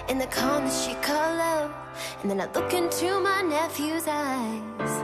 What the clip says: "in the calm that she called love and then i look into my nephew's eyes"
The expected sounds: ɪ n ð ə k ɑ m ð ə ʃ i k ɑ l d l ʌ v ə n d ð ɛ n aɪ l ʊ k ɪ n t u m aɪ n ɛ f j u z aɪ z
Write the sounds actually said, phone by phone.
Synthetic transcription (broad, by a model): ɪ n ð ə k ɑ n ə ʃ i k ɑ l l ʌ ə n ð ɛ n aɪ l ʊ k ɪ n t u m aɪ n ɛ f j u z aɪ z